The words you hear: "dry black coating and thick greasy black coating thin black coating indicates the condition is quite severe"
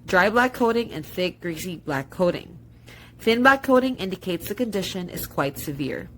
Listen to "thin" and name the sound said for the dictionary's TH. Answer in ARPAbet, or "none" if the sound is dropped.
TH